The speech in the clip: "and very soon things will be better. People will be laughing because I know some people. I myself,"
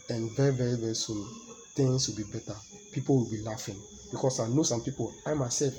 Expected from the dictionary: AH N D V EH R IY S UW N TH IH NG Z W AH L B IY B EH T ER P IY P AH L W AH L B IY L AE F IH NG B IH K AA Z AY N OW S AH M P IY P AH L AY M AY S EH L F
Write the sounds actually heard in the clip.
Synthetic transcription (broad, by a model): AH N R V EH R IY S UW N T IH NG S W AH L B IY B EH T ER P IY P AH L W AH L B IY L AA F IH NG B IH K AA S AY N OW S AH M P IY P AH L AY M AY S EH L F